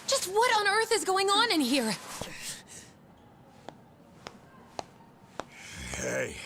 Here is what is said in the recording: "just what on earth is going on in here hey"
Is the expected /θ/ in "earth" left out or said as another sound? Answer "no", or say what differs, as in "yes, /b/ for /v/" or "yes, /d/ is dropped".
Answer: no